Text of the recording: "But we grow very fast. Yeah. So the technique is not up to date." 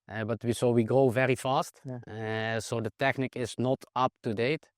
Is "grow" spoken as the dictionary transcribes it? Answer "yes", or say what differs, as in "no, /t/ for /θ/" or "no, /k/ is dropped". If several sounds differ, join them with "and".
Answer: yes